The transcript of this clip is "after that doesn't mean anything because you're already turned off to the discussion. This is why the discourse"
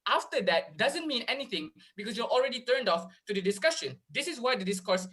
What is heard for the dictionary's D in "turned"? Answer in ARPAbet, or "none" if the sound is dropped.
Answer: D